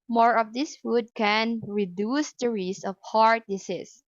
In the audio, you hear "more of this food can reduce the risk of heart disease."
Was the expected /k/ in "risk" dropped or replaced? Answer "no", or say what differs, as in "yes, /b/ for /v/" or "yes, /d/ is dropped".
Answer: yes, /k/ is dropped